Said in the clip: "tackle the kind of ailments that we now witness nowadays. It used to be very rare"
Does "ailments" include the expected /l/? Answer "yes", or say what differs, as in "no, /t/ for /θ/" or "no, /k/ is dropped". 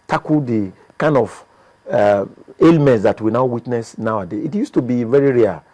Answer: yes